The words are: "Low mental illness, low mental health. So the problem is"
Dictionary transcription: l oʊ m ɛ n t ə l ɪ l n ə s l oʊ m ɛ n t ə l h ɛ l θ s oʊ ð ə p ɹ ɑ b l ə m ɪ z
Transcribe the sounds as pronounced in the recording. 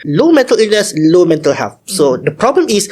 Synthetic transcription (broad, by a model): l oʊ m ɛ n t ə l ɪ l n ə s l oʊ m ɛ n t ə l h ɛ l f s oʊ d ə p ɹ ɑ b l ə m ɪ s